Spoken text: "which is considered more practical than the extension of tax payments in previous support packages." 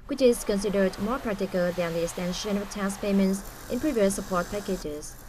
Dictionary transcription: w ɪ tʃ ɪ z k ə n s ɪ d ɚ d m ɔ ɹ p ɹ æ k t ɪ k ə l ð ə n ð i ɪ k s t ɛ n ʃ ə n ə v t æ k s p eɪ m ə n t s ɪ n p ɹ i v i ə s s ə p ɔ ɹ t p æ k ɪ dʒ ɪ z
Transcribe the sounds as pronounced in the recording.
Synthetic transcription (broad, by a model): w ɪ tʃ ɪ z k ə n s ɪ d ɚ d m ɔ ɹ p ɹ æ k t ɪ k ə l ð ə n ð i ɪ k s t ɛ n ʃ ə n ə v t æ s p eɪ m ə n t s ɪ n p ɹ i v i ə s s ə p ɔ ɹ t p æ k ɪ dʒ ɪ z